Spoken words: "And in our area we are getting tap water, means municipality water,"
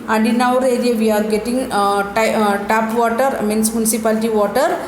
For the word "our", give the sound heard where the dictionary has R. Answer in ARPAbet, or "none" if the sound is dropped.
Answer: R